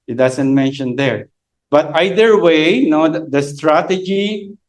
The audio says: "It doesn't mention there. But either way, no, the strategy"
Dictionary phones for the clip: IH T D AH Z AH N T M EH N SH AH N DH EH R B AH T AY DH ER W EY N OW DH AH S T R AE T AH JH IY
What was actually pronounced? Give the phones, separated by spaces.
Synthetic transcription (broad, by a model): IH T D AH S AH N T M EH N SH AH N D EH R B AH T AY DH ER W EY N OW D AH S T R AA T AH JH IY